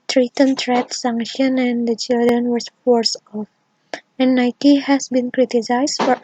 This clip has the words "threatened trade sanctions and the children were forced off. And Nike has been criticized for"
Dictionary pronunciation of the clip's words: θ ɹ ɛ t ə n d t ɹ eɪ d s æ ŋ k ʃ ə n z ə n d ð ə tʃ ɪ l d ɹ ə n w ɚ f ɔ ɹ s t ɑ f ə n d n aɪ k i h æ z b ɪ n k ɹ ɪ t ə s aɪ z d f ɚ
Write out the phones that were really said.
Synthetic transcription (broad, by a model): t ɹ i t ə n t ɹ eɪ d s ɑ ŋ k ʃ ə n ə n d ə tʃ ɪ l d ɹ ə n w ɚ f ɔ ɹ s ɑ f ə n d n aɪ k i h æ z b ɪ n k ɹ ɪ t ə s aɪ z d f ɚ